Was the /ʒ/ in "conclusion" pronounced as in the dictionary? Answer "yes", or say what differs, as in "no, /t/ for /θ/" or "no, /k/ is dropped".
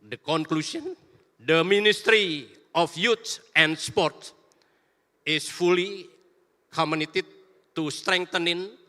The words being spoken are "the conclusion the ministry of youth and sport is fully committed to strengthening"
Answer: no, /s/ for /ʒ/